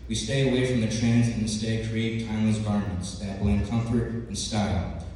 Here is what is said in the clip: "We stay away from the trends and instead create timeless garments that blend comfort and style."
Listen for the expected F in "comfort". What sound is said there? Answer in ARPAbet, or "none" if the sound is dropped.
F